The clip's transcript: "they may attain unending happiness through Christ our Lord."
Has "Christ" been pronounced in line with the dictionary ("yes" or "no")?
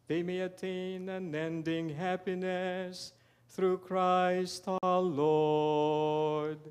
yes